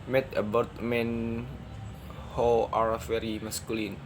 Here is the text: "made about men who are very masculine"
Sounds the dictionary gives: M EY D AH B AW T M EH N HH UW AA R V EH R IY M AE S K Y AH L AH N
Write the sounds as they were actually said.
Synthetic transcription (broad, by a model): M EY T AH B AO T M EH N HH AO AA R F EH R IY M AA S K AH L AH N